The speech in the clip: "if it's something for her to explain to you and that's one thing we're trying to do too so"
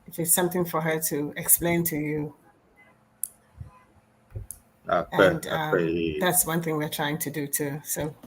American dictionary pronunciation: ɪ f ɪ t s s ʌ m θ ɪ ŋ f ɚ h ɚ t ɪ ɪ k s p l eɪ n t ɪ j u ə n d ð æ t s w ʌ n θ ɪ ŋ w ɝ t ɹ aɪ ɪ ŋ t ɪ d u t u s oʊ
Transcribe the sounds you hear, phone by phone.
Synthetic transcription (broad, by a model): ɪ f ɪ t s s ʌ m θ ɪ ŋ f ɚ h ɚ t ɪ ɪ k s p l eɪ n t ɪ j u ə n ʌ ð æ t s w ʌ n θ ɪ ŋ w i t ɹ aɪ ɪ ŋ t ɪ d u t u s oʊ